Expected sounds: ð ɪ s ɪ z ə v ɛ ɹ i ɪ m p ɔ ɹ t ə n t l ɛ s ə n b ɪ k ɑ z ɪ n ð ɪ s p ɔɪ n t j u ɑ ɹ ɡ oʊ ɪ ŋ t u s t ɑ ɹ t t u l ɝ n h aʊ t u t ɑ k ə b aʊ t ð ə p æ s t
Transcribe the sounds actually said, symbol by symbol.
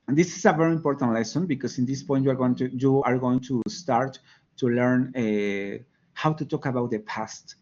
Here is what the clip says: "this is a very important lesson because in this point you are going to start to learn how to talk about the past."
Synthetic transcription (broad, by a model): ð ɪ s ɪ s ə v ɛ ɹ i m p ɔ ɹ t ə n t l ɛ s ə n b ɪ k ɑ s ɪ n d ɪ s p ɔɪ n t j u ɑ ɹ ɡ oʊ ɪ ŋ t u s t ɑ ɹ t t u l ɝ n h aʊ t u t ɑ k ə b aʊ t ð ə p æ s t